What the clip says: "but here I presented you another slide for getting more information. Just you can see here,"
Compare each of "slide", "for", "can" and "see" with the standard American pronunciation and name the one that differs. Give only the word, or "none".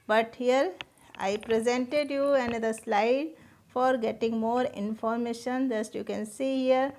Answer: none